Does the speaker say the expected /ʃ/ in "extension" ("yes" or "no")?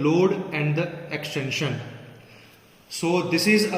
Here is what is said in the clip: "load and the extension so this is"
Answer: yes